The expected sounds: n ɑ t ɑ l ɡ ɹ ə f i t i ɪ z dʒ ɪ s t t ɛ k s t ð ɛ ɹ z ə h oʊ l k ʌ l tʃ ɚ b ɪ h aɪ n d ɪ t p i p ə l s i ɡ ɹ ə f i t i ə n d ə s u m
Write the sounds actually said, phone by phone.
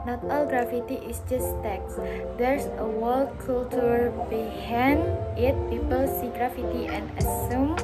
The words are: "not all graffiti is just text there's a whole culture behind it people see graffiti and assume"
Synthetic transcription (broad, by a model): n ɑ t ɑ l ɡ ɹ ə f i t i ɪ s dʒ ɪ s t t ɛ k s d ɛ ɹ s ə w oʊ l k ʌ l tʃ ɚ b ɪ h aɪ n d ɪ t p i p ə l s i ɡ ɹ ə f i t i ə n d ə s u m